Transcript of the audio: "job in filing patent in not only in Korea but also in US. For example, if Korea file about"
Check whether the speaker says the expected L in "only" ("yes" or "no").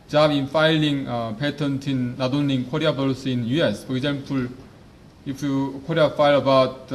no